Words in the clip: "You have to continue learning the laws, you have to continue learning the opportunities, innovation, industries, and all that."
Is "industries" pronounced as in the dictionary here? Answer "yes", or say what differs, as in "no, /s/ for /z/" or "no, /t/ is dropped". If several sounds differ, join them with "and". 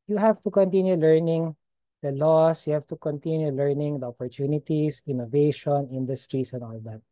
no, /s/ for /z/